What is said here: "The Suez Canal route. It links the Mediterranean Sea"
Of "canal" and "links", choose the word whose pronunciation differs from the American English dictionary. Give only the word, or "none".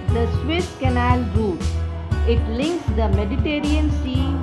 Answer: none